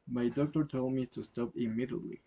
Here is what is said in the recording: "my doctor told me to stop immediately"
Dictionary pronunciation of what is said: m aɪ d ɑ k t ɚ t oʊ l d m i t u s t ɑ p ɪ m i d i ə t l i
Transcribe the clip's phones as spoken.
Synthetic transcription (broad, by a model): m aɪ d ɑ k t ɚ t oʊ l d m i t u s t ɑ p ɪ m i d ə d l i